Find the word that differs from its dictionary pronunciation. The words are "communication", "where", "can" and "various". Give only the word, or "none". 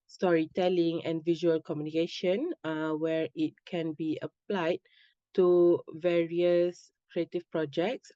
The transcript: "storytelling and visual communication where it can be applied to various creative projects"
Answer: none